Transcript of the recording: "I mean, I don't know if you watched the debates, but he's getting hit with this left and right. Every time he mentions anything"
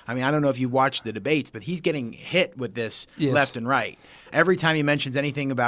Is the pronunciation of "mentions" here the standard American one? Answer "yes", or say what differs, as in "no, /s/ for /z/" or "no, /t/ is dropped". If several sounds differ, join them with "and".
yes